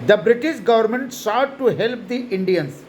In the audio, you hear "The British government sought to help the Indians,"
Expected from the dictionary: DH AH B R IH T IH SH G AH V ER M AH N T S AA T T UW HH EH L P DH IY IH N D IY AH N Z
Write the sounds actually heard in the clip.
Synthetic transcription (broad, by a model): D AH B R IH T IH SH G AH V ER M AH N T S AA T T UW HH EH L P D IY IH N D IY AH N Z